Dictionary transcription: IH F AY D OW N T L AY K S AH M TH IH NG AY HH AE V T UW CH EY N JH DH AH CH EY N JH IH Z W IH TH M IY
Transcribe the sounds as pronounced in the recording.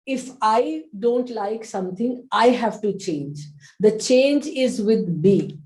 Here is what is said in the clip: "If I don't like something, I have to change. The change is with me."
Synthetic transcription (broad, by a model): IH F AY D OW N T L AY K S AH M T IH NG AY HH AE V T UW CH EY N JH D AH CH EY N JH IH Z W IH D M IY